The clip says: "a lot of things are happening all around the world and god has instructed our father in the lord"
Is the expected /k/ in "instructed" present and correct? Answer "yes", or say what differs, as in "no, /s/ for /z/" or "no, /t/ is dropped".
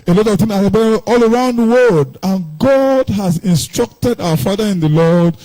yes